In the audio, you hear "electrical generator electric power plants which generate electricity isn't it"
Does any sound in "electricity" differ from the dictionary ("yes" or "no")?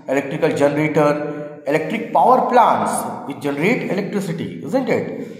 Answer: no